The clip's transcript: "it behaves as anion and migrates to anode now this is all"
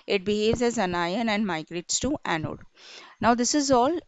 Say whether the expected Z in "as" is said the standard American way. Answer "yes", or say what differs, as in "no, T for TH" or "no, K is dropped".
yes